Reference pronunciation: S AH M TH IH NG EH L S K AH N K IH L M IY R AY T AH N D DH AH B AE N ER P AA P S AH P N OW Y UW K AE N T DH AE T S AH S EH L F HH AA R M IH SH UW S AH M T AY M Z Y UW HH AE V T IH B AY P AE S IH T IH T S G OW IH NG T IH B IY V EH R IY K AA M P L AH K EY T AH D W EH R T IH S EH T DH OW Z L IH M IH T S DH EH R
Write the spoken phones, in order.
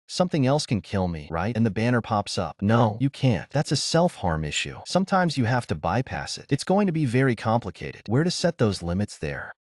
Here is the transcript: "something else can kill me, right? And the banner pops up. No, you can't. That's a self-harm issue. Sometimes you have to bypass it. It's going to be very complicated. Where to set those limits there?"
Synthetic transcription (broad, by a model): S AH M TH IH NG EH L S K AH N K IH L M IY R AY T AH N DH AH B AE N ER P AA P S AH P N OW Y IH K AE N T DH AE T S AH S EH L F HH AA R M IH SH UW S AH M T AY M Z Y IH HH AE F T IH B AY P AE S IH T IH T S G OW IH NG T IH B IY V EH R IY K AA M P L AH K EY T AH D W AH R T IH S EH T DH OW Z L IH M IH T S DH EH R